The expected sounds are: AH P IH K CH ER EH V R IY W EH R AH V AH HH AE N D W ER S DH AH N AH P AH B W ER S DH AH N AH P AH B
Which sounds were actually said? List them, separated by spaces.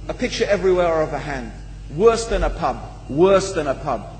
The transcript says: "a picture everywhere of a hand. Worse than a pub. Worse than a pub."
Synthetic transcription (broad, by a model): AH P IH K CH ER EH V R IY W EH R AH V AH HH AE N D W ER S DH AH N AH P AH B W ER S DH AH N AH P AH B